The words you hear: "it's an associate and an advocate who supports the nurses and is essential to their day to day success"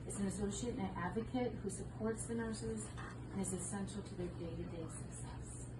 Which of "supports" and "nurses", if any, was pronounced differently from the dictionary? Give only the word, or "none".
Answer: none